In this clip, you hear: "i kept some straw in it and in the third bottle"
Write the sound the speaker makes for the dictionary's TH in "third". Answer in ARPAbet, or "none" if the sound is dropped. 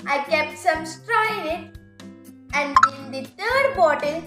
T